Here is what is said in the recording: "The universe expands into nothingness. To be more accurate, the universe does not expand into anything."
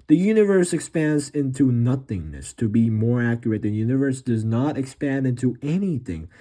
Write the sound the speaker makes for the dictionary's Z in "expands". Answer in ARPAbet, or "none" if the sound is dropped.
Z